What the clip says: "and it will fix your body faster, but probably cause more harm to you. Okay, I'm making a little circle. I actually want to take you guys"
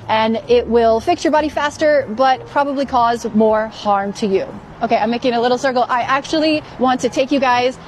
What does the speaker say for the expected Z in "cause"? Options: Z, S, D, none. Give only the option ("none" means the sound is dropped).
Z